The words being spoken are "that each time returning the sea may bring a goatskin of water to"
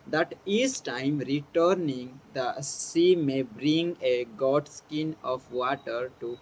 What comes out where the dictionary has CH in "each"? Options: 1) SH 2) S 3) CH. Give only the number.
2